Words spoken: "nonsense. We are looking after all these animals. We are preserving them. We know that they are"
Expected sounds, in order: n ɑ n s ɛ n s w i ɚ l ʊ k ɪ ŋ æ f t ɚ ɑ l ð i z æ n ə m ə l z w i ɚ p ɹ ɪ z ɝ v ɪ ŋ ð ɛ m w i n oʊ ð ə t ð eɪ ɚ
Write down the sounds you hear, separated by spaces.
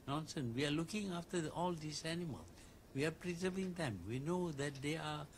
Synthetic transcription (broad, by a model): n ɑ n s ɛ n w i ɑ l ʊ k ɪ ŋ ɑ f t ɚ ɑ l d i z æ n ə m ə l w i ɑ p ɹ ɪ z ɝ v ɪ ŋ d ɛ m w i n oʊ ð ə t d eɪ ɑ